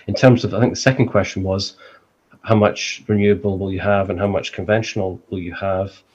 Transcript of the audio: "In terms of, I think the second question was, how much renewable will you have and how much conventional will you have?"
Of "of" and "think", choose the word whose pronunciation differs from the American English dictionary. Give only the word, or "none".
none